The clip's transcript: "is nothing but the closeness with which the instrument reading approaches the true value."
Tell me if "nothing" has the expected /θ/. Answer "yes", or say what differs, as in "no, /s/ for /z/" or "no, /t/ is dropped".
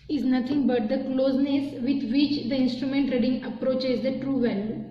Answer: no, /t/ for /θ/